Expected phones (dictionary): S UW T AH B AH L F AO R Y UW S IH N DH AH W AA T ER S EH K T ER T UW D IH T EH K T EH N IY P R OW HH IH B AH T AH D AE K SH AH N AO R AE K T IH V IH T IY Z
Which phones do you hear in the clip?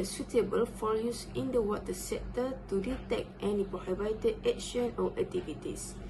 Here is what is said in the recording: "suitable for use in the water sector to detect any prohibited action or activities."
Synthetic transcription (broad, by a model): S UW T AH B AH L F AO L Y UW S IH N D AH W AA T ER S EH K T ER T UW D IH T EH K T EH N IY P R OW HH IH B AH T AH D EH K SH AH N AO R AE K T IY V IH T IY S